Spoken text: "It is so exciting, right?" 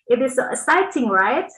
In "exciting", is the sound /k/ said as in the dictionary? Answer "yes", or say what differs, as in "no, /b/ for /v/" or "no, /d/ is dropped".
no, /k/ is dropped